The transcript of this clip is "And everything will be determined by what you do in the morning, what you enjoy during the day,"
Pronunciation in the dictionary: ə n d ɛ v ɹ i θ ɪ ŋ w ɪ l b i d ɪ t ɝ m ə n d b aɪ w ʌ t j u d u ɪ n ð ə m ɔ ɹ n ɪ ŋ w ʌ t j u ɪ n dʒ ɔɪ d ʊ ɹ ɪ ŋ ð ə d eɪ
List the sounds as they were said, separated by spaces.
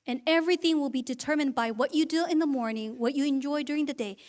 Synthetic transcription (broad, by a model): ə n ɛ v ɹ i θ ɪ ŋ w ɪ l b i d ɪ t ɝ m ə n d b aɪ w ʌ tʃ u d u ɪ n ð ə m ɔ ɹ n ɪ ŋ w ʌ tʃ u ɪ n dʒ ɔɪ d ʊ ɹ ɪ ŋ ð ə d eɪ